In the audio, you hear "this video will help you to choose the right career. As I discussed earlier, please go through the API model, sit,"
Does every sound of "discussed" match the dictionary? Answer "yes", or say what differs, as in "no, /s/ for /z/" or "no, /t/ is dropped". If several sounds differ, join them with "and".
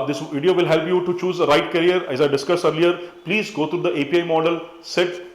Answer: no, /t/ is dropped